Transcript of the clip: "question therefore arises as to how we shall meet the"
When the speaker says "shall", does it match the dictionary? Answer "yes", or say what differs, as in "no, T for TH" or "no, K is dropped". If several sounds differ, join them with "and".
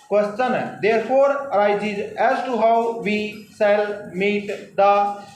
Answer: no, S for SH